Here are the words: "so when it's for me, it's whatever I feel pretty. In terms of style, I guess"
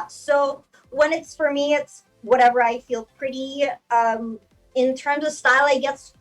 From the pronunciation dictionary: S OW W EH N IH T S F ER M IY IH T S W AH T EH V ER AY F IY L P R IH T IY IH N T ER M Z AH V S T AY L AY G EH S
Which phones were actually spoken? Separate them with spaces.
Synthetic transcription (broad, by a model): S OW W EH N IH T S F ER M IY IH T S W AH T EH V ER AY F IY L P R IH T IY IH N T ER M Z AH V S T AY L AY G EH S